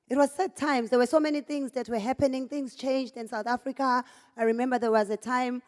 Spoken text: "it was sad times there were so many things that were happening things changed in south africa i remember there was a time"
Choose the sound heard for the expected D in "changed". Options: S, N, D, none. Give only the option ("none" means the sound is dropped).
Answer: D